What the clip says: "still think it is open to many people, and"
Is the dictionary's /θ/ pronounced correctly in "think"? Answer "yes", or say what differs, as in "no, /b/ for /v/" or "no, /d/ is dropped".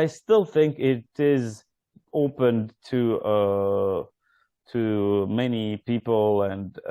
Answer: yes